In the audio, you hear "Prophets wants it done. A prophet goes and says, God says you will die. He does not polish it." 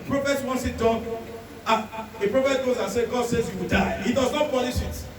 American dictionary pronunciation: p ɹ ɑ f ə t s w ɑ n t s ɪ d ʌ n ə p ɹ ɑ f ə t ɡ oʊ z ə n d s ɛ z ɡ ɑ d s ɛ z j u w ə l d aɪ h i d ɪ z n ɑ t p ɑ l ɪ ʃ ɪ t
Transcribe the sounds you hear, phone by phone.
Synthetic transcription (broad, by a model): p ɹ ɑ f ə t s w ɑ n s ɪ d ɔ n ə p ɹ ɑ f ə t ɡ oʊ z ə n s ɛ ɡ ɑ d s ɛ z j u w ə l d aɪ h i d ɪ z n ɑ t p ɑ n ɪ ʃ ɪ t